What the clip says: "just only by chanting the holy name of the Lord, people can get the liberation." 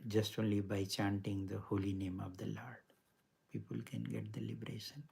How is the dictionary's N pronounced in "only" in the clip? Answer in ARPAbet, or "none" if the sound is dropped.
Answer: N